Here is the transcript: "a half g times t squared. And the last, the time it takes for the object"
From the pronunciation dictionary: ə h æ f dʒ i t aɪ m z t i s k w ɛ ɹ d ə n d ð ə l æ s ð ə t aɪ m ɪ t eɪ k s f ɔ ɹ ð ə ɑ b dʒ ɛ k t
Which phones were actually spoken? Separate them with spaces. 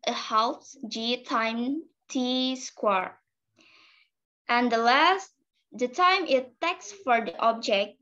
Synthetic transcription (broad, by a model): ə h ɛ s dʒ i t aɪ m t i s k w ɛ ɹ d ə n d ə l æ s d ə t aɪ m ɪ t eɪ k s f ɔ ɹ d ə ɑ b dʒ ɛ k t